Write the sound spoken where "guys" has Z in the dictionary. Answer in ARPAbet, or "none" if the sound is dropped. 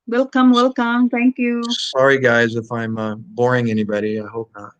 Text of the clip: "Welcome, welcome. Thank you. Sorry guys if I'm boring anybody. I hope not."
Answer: Z